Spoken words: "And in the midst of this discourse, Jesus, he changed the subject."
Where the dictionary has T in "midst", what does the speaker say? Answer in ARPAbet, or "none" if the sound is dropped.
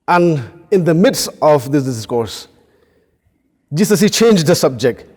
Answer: T